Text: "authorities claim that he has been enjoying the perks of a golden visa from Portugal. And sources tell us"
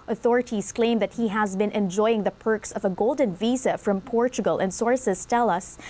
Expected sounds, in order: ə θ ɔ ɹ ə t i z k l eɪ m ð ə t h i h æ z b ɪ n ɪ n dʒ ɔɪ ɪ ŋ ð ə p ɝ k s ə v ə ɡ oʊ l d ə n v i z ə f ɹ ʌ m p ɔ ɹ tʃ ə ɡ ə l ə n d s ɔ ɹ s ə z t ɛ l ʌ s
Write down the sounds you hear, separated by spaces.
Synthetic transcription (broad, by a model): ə θ ɔ ɹ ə t i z k l eɪ m ð ə t h i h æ z b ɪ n ɪ n dʒ ɔɪ ɪ ŋ ð ə p ɝ k s ə v ə ɡ oʊ l d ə n v i z ə f ɹ ʌ m p ɔ ɹ tʃ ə ɡ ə l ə n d s ɔ ɹ s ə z t ɛ l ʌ s